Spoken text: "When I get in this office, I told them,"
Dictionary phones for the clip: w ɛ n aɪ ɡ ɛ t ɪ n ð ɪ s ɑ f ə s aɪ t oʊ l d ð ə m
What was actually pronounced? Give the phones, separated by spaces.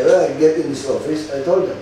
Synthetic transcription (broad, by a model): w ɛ aɪ ɡ ɛ t ɪ n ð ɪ s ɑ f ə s aɪ t oʊ l d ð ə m